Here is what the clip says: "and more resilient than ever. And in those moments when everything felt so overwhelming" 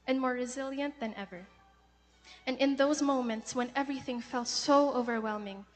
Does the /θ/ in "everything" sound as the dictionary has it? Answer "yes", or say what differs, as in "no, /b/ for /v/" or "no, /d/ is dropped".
yes